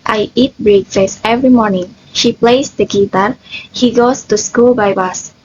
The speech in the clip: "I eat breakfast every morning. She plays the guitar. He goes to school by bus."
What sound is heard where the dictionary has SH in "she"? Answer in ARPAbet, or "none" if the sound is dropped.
SH